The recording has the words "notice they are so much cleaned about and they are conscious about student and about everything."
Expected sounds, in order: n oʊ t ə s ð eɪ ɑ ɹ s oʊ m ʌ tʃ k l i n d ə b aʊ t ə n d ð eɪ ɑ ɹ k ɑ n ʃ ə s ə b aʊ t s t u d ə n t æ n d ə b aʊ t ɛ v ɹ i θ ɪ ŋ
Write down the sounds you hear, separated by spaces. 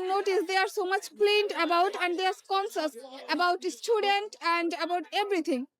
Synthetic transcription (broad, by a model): n oʊ t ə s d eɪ ɑ ɹ s oʊ m ʌ tʃ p l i n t ə b aʊ t ə n d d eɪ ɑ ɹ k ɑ n s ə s ə b aʊ t s t u d ə n t æ n d ə b aʊ t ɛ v ɹ i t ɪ ŋ